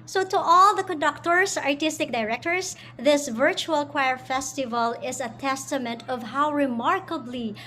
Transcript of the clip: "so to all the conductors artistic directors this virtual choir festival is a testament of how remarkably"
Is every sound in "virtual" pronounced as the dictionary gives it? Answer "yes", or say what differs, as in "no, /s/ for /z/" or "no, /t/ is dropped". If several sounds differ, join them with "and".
yes